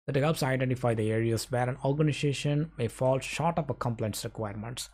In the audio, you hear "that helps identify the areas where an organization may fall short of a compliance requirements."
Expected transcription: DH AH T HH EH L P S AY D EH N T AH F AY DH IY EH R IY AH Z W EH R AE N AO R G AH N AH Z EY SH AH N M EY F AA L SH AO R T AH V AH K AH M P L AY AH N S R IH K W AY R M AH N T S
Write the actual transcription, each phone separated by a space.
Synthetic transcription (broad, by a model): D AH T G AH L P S AY D EH N T AH F AY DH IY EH R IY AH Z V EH R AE N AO R G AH N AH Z EY SH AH N M EY F AA L SH AO R T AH P AH K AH M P L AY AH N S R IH K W AY R M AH N T S